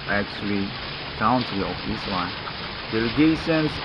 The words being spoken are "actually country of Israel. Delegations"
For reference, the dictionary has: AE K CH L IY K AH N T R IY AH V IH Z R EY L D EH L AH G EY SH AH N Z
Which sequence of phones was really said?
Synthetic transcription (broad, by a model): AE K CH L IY K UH N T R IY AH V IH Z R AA N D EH L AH G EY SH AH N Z